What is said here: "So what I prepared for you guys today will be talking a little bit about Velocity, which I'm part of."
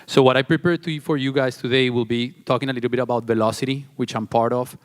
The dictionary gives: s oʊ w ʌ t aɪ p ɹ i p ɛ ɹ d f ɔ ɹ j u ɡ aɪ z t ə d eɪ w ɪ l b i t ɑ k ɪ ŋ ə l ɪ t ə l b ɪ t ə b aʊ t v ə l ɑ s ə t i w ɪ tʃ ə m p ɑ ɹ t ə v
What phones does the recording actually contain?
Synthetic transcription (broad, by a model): s oʊ w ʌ t aɪ p ɹ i p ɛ ɹ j f ɔ ɹ j u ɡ aɪ s t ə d eɪ w ɪ l b i t ɑ k ɪ ŋ ə l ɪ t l b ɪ t ə b aʊ t v ə l ɑ s ə t i w ɪ tʃ ə m p ɑ ɹ t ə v